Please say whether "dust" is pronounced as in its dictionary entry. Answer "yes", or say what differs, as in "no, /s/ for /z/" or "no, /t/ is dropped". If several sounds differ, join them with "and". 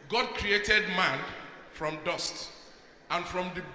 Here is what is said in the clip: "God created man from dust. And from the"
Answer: yes